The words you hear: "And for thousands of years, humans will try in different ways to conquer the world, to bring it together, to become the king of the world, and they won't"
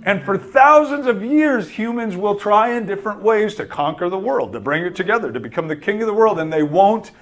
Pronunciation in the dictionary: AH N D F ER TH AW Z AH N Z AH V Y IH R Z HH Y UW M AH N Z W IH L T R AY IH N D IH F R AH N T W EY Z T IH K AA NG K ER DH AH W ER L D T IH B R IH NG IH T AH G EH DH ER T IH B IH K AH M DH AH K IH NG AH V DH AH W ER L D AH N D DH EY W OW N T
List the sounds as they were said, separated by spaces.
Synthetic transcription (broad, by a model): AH N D F ER TH AW Z AH N Z AH V Y IH R Z HH Y UW M AH N Z W IH L T R AY IH N D IH F R AH N T W EY Z T IH K AA NG K ER DH AH W ER L D T IH B R IH NG IH T AH G EH DH ER T IH B IH K AH M DH AH K IH NG AH V DH AH W ER L D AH N DH EY W OW N T